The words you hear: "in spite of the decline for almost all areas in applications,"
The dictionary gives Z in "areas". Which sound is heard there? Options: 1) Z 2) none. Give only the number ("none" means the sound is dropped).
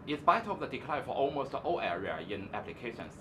2